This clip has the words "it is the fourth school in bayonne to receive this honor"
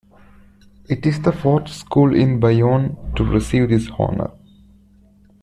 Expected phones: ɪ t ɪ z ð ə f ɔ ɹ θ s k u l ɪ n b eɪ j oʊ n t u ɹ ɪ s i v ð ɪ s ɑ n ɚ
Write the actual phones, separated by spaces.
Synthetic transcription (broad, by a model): ɪ t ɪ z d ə f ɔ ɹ t s k u l ɪ n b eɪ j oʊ n t u ɹ ɪ s i v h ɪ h ɑ n ɚ